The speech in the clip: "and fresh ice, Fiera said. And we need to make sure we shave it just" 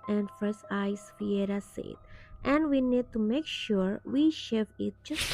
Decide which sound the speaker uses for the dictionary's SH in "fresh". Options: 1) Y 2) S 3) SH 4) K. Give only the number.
2